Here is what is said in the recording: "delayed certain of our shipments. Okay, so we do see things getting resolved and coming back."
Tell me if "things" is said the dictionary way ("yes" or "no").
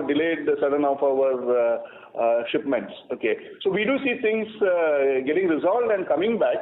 no